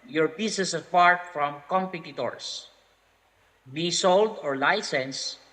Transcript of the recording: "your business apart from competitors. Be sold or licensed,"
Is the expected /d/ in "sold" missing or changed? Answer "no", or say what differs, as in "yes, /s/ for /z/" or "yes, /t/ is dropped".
no